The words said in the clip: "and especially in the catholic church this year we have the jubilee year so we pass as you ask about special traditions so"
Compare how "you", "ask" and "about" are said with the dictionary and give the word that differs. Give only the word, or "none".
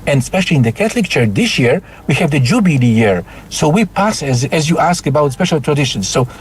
none